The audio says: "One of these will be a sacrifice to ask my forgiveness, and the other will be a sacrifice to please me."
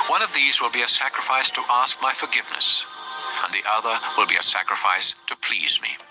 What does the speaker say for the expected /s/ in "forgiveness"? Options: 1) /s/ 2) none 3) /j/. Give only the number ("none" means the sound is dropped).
1